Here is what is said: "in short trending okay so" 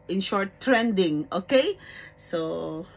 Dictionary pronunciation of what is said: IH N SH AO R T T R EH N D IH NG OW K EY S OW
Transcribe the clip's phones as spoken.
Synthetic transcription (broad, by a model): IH N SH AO R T T R EH N D IH NG OW K EY S OW